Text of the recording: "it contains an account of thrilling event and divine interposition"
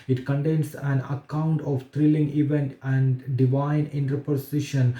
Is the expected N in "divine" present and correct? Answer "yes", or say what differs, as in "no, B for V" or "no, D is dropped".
yes